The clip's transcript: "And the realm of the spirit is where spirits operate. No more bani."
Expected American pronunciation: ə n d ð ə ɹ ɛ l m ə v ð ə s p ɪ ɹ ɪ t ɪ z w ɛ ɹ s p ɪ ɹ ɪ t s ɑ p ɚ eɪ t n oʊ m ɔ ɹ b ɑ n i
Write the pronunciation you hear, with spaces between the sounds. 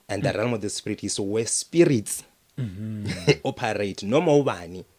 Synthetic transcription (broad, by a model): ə n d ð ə ɹ ɛ l m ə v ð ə s p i ɹ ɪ t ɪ s w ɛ s p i ɹ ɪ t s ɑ p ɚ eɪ t n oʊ m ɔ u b ɑ n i